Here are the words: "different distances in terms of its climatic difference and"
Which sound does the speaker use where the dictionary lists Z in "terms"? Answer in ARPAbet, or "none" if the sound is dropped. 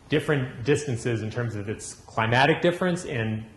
Z